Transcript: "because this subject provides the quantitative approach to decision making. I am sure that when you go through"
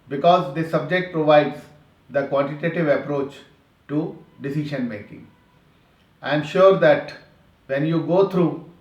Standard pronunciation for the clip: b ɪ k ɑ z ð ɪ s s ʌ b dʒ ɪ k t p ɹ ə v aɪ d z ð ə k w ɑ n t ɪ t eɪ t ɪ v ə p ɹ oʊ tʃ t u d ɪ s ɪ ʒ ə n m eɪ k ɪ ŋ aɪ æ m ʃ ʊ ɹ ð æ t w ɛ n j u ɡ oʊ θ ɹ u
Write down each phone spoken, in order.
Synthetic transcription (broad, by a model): b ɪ k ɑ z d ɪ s s ʌ b dʒ ɪ k t p ɹ ə v aɪ d z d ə k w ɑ n t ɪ t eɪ t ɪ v ə p ɹ oʊ tʃ t u d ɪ s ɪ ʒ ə n m eɪ k ɪ ŋ aɪ m ʃ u ɹ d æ t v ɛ n j u ɡ oʊ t ɹ u